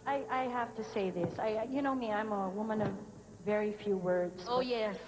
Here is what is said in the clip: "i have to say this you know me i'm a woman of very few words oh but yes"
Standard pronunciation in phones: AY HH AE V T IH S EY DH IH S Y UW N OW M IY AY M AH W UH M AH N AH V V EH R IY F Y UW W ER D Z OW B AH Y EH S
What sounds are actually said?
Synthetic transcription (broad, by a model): AY HH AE F T IH S EY DH IH S Y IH N OW M IY AY M AH W UH M AH N AH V V EH R IY F Y UW W ER D Z OW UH Y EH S